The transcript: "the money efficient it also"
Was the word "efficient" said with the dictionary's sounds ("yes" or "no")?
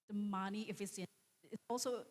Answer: no